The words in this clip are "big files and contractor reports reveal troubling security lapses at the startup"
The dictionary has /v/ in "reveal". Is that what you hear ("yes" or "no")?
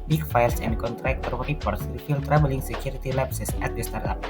no